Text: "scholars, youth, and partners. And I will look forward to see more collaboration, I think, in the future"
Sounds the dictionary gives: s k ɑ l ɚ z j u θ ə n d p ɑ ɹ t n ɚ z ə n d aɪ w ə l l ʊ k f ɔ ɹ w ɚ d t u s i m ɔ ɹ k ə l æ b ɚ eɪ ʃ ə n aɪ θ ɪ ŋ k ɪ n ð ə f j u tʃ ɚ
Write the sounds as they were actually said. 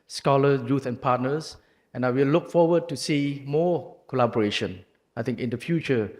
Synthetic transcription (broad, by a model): s k ɑ l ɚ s j u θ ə n p ɑ t n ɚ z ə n aɪ w ə l l ʊ k f ɔ w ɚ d t u s i m ɔ k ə l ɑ b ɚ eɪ ʃ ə n aɪ t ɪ ŋ k ɪ n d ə f j u tʃ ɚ